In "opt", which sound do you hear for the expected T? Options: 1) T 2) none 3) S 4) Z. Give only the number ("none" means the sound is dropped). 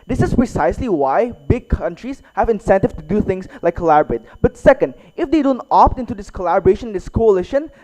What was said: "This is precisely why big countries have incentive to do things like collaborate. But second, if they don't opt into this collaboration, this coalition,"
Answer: 1